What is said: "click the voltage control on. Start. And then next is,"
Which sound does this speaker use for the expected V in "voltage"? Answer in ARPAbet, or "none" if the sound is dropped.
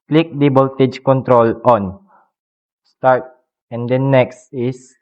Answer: B